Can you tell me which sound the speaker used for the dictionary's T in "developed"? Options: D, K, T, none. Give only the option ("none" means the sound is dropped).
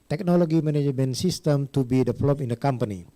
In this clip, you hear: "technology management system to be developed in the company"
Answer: none